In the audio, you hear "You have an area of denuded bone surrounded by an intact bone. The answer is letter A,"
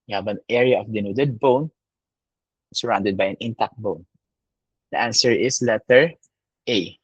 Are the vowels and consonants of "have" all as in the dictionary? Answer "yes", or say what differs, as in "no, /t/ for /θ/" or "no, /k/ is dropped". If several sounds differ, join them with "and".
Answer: no, /b/ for /v/